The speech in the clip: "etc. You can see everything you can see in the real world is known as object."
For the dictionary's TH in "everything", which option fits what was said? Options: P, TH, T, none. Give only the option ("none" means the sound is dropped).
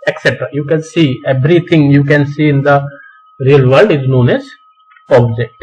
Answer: T